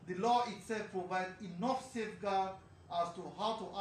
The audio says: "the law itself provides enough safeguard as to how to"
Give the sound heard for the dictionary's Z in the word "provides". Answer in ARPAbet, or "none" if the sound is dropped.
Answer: none